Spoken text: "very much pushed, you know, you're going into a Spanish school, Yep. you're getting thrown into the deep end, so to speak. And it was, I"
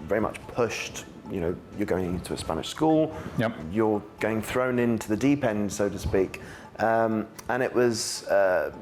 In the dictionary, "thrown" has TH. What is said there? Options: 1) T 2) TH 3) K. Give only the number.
2